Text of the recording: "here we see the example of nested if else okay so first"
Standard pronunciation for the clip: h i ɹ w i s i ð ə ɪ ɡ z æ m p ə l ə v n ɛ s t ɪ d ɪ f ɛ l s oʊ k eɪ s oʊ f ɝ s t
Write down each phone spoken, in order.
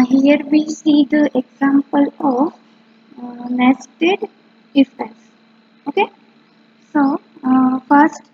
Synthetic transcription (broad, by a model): h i ɹ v i s i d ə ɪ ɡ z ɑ m p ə l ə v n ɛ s t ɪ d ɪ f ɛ s oʊ k eɪ s oʊ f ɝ s t